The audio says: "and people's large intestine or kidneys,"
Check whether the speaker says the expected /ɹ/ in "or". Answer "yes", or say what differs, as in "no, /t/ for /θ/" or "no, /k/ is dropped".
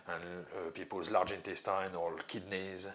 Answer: no, /l/ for /ɹ/